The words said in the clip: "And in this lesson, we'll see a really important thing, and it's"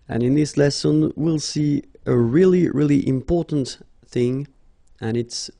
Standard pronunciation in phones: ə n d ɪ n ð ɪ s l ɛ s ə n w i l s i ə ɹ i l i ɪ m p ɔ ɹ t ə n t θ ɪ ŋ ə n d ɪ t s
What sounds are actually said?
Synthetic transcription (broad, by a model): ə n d ɪ n ð ɪ s l ɛ s ə n w i l s i ə ɹ i l i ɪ m p ɔ ɹ t n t θ ɪ ŋ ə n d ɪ t s